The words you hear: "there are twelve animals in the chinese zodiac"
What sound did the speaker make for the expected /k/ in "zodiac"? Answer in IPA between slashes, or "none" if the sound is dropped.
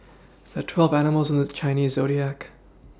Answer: /k/